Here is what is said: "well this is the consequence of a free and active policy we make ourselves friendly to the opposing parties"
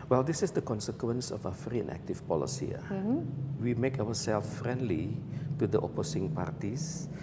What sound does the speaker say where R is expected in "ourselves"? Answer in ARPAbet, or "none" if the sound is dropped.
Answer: W